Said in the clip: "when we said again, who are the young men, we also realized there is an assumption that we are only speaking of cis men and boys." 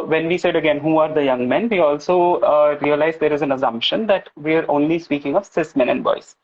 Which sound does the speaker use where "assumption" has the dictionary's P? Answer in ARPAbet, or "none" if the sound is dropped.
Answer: P